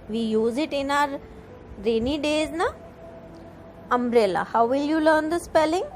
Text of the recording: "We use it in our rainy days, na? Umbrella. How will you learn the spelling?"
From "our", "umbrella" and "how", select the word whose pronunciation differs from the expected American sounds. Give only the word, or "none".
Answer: umbrella